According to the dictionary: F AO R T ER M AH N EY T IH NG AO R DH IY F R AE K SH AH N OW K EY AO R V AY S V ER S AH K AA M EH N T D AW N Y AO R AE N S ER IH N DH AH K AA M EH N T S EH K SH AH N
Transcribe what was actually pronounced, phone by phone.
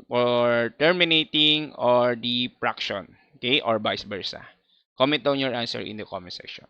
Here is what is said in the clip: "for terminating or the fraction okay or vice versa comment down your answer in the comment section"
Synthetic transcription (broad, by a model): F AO R T ER M AH N EY T IH NG AO R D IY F R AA K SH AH N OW K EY AO R B AY S B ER S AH K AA M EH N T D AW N Y AO R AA N S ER IH N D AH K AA M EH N S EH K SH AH N